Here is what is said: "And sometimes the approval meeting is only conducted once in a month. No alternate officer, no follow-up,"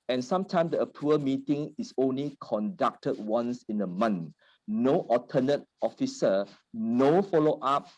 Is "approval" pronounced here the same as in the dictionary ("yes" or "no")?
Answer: no